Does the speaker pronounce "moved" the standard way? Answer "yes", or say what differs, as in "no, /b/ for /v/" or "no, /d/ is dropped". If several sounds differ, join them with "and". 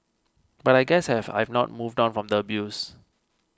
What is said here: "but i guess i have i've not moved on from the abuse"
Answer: yes